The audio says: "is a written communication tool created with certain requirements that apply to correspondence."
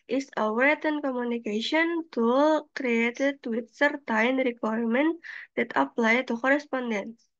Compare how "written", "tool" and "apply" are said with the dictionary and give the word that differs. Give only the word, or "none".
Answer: written